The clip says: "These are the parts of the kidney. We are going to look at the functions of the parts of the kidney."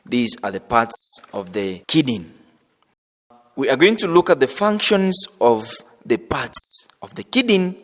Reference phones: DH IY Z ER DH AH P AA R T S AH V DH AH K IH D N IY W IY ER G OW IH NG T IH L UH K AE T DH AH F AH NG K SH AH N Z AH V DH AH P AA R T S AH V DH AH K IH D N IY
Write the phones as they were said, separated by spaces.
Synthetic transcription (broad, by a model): DH IY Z ER DH AH P AA R T S AH V DH AH K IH D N W IY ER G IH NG T IH L UH K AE T DH AH F AH NG K SH AH N Z AH V DH AH P AA R T S AH V DH AH K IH D N